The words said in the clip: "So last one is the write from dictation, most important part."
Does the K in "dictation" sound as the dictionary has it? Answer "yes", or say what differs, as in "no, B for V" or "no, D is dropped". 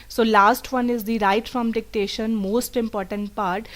yes